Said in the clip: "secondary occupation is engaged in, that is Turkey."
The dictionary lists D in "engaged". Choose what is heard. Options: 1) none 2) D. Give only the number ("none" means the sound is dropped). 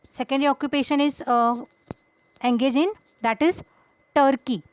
1